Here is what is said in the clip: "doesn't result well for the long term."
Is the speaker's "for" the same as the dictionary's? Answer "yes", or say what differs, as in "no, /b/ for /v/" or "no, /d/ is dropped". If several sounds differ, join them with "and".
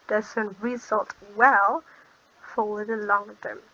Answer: no, /w/ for /ɹ/